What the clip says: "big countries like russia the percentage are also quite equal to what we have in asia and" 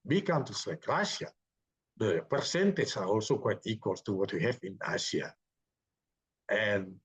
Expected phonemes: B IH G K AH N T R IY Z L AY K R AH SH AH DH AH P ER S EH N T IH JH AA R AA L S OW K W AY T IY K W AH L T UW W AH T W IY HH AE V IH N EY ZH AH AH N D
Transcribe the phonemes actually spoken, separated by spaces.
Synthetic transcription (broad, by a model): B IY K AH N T IY S L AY K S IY AH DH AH P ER S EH N T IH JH AA R AA L S OW K W AY T IY K W AH L T UW W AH T W IY HH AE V IH N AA S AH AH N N